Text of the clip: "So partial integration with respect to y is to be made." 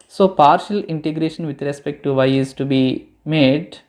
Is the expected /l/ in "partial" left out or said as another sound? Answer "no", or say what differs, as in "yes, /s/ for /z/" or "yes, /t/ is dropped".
no